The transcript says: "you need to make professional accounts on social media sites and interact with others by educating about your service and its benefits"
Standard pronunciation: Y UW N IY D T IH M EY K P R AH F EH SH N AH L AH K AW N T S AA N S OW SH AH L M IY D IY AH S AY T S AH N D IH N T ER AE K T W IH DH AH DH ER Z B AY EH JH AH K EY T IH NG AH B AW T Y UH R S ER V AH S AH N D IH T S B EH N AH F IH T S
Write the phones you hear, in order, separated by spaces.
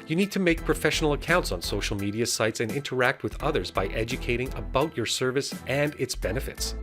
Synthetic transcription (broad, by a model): Y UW N IY D T IH M EY K P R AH F EH SH N L AH K AW N T S N S OW SH L M IY D IY AH S AY T S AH N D IH N T ER AE K T W IH DH AH DH ER Z B AY EH JH AH K EY T IH NG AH B AW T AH R S ER V AH S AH N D IH T S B EH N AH F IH T S